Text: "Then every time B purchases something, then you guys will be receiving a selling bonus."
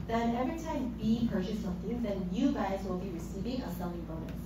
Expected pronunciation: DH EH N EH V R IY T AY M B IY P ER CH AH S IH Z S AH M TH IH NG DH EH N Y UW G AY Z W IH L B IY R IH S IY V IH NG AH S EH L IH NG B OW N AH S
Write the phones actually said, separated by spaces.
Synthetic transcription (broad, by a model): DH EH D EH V IY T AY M B IY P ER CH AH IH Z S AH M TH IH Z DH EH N Y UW G AY Z W IH L B IY R IH S IY V IH NG AH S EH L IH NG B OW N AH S